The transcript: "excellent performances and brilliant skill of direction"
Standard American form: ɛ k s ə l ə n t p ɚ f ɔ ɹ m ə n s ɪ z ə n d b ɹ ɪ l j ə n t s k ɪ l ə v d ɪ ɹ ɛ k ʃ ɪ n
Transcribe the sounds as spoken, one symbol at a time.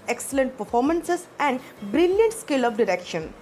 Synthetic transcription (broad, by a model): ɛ k s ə l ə n t p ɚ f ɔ ɹ m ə n s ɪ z ə n d b ɹ ɪ l j ə n t s k ɪ l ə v d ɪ ɹ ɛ k ʃ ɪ n